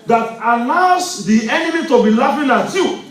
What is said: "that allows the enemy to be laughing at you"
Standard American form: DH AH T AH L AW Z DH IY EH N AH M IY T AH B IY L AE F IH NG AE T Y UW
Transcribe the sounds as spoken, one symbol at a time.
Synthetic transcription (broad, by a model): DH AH T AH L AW S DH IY EH N AH M IY T AH B IY L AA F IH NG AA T Y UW